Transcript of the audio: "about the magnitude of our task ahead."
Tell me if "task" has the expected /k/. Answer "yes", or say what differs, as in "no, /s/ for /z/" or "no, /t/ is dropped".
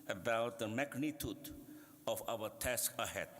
yes